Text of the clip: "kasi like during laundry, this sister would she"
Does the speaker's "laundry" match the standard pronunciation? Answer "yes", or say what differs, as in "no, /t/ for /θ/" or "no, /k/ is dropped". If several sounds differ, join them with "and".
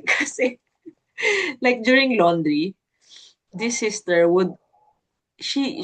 yes